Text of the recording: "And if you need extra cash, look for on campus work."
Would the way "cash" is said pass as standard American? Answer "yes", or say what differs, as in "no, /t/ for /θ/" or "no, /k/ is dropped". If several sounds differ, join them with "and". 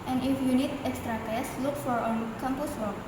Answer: no, /s/ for /ʃ/